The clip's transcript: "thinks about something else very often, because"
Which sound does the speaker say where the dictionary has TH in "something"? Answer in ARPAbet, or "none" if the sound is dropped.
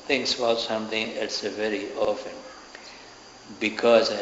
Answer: T